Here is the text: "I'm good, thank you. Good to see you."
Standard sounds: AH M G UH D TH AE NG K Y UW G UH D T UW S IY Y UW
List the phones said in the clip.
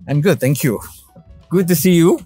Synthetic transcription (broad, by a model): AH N G UH D T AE NG K Y UW G UH D T UW S IY Y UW